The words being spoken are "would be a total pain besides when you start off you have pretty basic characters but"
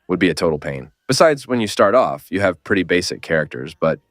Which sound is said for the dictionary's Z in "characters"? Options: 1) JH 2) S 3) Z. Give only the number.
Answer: 3